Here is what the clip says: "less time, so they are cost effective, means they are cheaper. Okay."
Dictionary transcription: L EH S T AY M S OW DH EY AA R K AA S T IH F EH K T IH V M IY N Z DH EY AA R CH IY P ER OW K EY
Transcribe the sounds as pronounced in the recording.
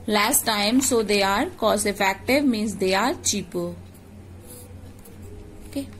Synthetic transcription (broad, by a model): L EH S T AY M S OW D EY AA R K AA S IH F EH K T IH V M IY N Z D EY AA R CH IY P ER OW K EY